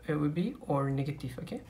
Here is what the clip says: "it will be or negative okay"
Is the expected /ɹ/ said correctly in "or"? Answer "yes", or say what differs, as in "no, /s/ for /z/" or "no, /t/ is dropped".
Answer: yes